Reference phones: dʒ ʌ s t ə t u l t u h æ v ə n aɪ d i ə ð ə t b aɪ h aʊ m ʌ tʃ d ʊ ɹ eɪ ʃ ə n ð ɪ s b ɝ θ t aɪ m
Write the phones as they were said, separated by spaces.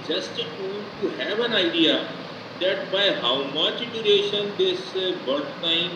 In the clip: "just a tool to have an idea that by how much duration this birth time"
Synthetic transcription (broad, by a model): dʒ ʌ s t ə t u n t u h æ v ə n aɪ d i ə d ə t b aɪ h aʊ m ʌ tʃ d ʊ ɹ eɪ ʃ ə n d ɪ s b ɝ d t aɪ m